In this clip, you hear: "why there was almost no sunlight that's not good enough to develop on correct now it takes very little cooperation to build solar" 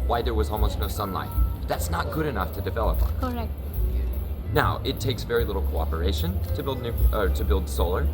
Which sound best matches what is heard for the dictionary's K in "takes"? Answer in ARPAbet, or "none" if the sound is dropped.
K